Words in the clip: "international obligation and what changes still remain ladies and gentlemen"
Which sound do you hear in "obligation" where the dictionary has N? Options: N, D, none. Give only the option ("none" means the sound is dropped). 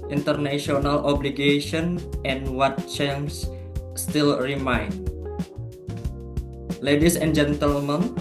N